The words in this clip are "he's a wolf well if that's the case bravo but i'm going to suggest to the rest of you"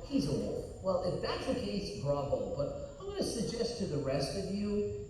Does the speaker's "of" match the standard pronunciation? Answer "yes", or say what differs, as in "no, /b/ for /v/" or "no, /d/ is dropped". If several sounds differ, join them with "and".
yes